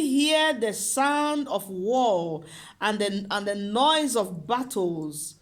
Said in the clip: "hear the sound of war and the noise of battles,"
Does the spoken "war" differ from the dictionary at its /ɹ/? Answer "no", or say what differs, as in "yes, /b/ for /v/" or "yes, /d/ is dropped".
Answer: yes, /l/ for /ɹ/